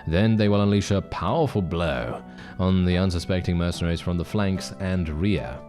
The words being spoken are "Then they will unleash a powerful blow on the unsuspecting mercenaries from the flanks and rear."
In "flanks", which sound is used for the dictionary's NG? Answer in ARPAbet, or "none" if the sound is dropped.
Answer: NG